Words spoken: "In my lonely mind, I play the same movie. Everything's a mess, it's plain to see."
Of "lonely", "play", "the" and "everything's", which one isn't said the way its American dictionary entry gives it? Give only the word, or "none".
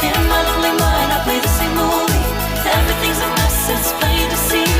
none